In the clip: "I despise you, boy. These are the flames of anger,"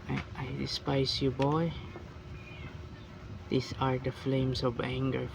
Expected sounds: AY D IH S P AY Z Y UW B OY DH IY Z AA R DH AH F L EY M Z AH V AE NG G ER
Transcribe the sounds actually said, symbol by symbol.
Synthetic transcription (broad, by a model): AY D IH S P AY S Y UW B OY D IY S AA R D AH F L EY M S AH V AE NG G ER